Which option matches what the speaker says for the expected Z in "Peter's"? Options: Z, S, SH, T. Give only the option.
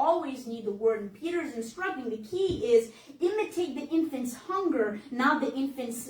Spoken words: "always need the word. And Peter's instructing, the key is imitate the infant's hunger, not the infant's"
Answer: Z